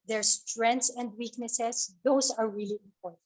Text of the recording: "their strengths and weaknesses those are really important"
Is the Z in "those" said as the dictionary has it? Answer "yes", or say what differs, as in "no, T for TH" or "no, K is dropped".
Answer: no, S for Z